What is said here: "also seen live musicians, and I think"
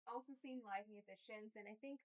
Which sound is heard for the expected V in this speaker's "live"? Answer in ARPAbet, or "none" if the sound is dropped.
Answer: V